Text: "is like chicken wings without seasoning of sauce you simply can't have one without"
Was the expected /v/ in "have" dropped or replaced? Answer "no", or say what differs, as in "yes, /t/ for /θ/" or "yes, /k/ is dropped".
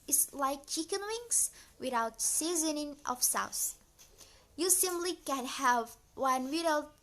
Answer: no